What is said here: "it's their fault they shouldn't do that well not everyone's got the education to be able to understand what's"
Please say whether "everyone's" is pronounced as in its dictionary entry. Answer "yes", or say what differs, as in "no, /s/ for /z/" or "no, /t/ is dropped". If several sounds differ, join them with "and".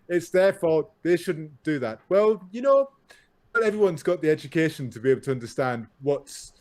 yes